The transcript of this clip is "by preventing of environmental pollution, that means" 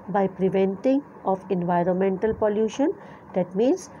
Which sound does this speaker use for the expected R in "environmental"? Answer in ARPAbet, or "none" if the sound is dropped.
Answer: R